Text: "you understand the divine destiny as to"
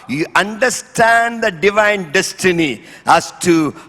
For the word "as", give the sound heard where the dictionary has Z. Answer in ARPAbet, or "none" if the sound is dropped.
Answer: S